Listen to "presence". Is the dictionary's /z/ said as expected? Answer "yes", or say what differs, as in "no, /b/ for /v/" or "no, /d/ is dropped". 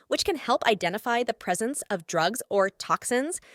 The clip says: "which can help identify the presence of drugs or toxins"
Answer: yes